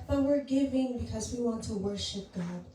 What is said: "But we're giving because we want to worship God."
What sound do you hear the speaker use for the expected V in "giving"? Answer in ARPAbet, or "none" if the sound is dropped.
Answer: V